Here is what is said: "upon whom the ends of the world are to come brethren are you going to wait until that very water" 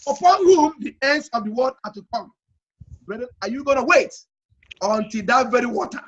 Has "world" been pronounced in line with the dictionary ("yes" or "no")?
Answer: no